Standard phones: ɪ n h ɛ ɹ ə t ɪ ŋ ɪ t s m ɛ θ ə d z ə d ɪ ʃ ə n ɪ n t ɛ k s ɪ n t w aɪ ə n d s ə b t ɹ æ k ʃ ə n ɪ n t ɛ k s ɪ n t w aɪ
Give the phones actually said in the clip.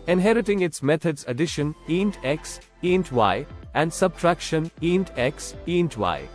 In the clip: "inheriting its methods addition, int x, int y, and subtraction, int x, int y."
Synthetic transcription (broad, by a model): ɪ n h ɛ ɹ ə t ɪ ŋ ɪ t s m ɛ t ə d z ə d ɪ ʃ ə n ɪ n t ɛ k s ɪ n t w aɪ ə n d s ə b t ɹ æ k ʃ ə n ɪ n t ɛ k s ɪ n t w aɪ